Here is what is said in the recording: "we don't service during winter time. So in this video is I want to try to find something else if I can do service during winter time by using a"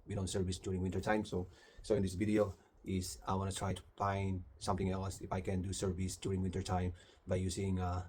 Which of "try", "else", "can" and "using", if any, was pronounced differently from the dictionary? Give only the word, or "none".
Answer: using